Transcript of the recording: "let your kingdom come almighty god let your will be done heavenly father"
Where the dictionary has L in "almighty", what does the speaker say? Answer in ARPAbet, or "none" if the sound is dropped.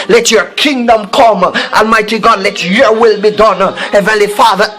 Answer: L